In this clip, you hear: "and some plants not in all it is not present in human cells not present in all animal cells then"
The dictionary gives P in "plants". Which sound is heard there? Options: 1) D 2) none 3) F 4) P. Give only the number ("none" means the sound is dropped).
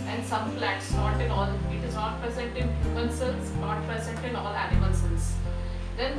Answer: 3